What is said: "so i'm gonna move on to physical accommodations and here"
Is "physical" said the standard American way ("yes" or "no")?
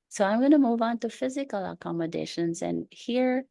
yes